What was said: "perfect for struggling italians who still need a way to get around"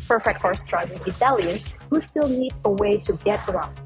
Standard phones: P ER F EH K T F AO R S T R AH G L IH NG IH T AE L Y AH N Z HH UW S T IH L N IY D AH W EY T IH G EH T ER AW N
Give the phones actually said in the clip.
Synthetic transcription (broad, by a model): P ER F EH K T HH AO R S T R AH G IH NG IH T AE L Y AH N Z HH UW S T IH L N IY D AH W EY T IH G EH T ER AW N